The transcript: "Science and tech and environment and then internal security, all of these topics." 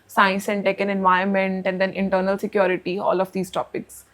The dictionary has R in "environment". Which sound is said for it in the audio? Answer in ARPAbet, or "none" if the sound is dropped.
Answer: none